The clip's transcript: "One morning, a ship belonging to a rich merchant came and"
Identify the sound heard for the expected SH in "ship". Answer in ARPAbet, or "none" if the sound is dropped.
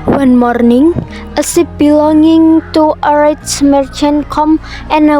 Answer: S